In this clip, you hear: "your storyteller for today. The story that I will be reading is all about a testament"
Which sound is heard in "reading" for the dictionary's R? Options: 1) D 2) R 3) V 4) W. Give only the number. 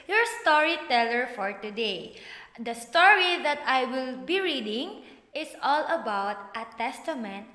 2